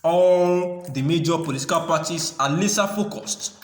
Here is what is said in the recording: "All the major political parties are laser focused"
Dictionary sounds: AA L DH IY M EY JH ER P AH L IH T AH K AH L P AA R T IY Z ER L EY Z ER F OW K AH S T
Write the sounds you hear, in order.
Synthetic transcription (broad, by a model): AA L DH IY M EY JH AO P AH L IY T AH K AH L P AA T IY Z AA L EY S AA F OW K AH S T